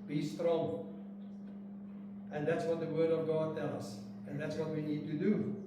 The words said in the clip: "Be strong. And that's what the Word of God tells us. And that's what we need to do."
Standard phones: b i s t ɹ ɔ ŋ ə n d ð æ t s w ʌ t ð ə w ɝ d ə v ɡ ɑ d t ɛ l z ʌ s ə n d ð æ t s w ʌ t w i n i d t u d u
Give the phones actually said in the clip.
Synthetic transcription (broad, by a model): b i s t ɹ ɔ ŋ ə n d ð æ t s w ʌ t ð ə w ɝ d ə v ɡ ɑ d t ɛ l ʌ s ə n ð æ t s w ʌ t w i n i d t u d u